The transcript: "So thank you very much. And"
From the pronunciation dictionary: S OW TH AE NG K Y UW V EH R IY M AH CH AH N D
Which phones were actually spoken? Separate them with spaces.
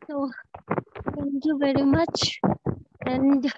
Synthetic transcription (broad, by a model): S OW T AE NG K Y UW V EH R IY M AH CH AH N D